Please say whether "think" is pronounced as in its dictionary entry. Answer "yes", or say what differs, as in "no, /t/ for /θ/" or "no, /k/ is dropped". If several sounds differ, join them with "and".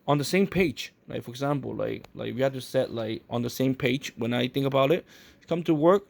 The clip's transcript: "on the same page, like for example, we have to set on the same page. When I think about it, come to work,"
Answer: yes